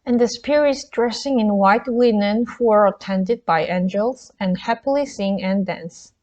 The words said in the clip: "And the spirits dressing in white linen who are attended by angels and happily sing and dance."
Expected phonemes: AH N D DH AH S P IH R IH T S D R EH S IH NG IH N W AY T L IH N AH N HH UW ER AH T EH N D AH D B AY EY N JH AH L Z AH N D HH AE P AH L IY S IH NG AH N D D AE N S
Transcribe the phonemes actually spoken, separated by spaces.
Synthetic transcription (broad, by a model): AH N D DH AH S P IH R IH T S D R EH S IH NG IH N W AY T W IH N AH N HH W ER AH T EH N D AH D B AY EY N JH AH L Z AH N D HH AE P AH L IY S IH NG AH N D D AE N S